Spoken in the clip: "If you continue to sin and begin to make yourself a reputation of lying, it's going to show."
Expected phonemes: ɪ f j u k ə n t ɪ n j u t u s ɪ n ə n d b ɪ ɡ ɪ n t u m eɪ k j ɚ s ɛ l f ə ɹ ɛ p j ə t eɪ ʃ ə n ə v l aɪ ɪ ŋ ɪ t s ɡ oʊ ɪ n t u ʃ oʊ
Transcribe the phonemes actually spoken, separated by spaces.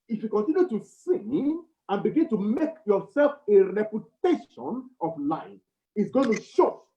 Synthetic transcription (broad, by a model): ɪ f j u k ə n t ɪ n j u t u s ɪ ə n b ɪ ɡ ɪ n t u m eɪ k j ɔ s ɛ l f ə ɹ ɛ p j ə t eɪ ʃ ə n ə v l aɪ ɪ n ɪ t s ɡ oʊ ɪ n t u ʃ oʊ